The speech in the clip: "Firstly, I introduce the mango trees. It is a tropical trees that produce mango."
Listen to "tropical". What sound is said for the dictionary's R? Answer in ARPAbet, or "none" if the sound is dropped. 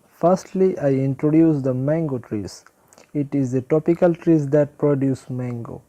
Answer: none